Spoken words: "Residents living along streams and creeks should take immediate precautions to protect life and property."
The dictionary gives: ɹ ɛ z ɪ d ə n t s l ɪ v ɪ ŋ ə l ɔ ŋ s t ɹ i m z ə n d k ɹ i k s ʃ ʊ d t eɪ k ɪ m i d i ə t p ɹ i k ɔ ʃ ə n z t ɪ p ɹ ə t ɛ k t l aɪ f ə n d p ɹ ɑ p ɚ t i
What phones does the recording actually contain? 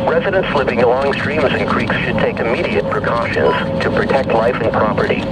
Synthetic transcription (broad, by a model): ɹ ɛ z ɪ d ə n t s l ɪ v ɪ ŋ ə l ɔ ŋ s t ɹ i m z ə n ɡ ɹ i k s ʃ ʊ d t eɪ k ɪ m i d i ə t p ɹ i k ɔ ʃ ə n z t ɪ p ɹ ə t ɛ k t l aɪ f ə n p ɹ ɑ p ɚ t i